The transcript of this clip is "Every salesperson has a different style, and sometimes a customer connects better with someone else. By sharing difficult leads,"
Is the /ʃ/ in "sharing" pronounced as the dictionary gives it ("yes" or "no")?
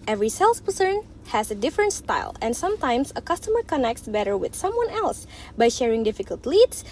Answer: yes